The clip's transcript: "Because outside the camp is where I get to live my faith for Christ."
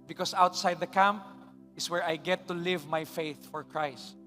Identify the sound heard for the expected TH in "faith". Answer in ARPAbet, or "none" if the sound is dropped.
TH